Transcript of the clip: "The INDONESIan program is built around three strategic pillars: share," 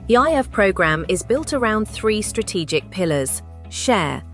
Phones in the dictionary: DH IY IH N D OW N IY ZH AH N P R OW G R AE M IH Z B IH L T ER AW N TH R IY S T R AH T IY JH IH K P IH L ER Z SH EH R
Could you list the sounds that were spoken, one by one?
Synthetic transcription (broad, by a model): DH IY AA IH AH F P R OW G R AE M IH Z B IH L T ER AW N TH R IY S T R AH T IY JH IH K P IH L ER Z SH EH